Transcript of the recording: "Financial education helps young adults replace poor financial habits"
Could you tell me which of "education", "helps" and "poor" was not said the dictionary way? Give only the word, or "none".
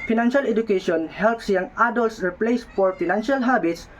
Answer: poor